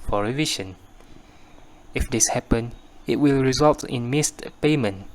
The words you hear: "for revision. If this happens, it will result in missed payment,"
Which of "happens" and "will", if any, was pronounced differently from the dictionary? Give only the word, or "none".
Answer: happens